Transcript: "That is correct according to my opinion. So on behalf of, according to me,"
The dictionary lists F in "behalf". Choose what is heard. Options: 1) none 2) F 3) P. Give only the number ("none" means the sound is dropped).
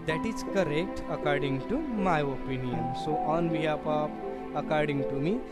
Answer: 3